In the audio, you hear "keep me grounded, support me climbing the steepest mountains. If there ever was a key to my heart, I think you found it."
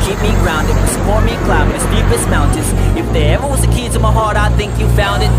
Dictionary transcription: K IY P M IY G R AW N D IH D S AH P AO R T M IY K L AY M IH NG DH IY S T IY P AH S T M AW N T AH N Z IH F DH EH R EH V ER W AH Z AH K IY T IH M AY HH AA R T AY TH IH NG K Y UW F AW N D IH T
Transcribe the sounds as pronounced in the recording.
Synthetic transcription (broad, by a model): K IY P M IY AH R AW N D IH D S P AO R M IY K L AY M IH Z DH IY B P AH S M AW N T AH N Z IH F DH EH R EH V ER W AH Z AH K IY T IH M AY HH AA R T AY TH IH NG K Y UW F AW N D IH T